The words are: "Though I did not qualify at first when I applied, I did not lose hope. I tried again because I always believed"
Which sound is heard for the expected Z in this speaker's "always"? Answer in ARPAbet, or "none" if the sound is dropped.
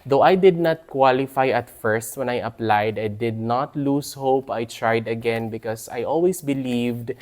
S